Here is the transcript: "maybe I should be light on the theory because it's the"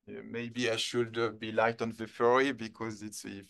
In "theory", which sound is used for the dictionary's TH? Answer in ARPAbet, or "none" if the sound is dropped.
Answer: F